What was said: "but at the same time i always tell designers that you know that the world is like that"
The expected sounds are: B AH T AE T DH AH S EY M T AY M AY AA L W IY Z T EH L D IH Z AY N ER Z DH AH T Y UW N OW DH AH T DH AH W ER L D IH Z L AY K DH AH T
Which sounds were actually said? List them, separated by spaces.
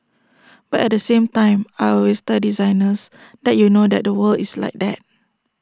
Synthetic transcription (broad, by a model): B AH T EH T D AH S EY M T AY M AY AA W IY S T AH D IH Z AY N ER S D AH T Y UW N OW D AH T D AH W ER L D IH S L AY K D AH T